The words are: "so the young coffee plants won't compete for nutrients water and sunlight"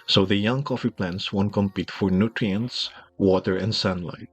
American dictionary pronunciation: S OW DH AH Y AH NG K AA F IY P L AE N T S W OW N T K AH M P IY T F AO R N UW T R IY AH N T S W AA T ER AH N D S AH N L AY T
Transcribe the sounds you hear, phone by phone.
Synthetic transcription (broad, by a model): S OW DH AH Y AH NG K AA F IY P L AE N T S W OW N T K AH M P IY T F AO R N UW T R IY AH N T S W AA T ER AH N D S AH N L AY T